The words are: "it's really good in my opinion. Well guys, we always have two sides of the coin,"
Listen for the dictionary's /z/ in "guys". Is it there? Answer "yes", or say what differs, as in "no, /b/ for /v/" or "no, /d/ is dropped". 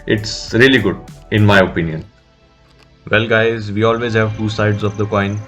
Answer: yes